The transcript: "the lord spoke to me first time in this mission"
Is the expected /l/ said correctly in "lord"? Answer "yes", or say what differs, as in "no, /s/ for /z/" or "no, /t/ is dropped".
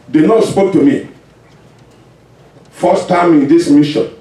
no, /n/ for /l/